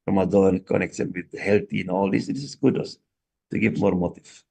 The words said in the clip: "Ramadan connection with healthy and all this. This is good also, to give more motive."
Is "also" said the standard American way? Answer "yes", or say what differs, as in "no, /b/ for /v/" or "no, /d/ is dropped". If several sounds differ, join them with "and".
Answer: no, /l/ is dropped